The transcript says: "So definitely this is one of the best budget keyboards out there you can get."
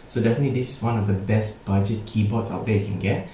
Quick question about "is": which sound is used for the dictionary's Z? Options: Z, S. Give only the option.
S